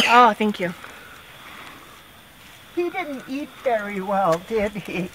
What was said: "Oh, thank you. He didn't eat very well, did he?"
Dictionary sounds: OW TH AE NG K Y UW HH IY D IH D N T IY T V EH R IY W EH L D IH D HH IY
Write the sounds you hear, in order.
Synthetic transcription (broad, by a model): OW TH AE NG K Y UW HH IY D IH D N T IY T V EH R IY W EH L D IH D HH IY